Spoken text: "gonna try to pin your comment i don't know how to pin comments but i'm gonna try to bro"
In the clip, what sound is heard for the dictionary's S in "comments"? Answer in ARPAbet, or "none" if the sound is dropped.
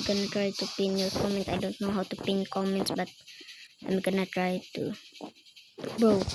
S